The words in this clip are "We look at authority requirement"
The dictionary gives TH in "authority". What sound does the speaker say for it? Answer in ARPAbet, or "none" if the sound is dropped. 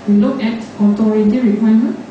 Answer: T